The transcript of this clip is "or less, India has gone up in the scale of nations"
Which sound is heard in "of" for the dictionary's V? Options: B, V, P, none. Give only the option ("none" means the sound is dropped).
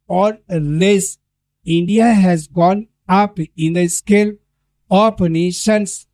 P